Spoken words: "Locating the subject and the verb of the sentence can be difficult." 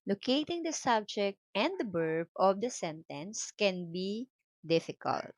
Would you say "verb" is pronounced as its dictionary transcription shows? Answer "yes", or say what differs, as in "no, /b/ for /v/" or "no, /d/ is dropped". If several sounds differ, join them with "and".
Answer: no, /b/ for /v/